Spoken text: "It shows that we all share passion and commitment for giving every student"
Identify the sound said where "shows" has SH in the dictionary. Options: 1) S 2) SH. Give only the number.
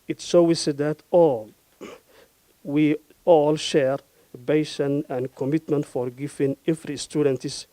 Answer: 1